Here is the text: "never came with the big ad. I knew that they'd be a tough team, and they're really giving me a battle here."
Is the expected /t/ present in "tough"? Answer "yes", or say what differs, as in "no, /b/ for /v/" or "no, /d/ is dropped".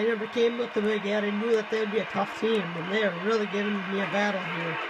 yes